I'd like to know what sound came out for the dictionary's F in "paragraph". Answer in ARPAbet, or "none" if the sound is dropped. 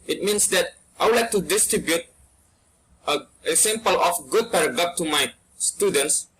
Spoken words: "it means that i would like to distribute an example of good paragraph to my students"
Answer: P